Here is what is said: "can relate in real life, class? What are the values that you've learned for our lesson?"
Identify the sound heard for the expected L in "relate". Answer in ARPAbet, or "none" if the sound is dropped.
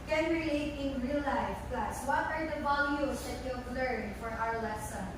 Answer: none